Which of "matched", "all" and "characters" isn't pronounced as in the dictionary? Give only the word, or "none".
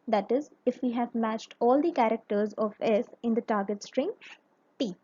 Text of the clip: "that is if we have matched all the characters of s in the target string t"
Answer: none